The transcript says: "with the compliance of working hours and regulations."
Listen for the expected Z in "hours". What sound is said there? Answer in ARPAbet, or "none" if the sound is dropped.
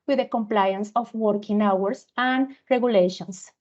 S